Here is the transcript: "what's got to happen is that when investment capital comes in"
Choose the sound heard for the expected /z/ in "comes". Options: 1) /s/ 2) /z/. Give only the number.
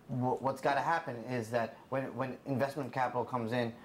2